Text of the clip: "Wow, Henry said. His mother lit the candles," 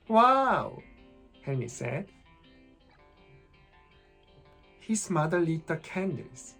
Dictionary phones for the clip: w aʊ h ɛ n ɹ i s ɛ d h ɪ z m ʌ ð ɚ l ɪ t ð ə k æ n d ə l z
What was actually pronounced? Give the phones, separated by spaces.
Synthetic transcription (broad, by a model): w aʊ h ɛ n i s ɛ d h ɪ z m ʌ ð ɚ l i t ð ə k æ n d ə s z